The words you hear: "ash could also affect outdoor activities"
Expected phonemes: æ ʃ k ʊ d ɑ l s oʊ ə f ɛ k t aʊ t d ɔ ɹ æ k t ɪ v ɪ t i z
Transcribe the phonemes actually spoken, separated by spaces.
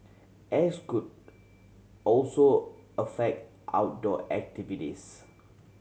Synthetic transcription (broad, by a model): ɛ s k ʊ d ɑ l s oʊ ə f ɛ k t aʊ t d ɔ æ k t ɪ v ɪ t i s